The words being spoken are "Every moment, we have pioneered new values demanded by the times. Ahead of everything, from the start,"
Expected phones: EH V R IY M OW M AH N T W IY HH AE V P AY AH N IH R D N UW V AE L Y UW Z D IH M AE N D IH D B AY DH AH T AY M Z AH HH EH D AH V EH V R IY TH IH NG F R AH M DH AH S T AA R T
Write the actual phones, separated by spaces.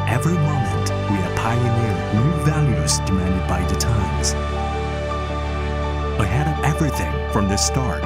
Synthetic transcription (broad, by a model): EH V R IY M OW M AH N T W IY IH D P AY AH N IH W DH N UW V AE L Y UW Z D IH M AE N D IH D B AY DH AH T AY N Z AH HH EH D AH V EH V R IY TH IH NG F R AH M DH AH S T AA R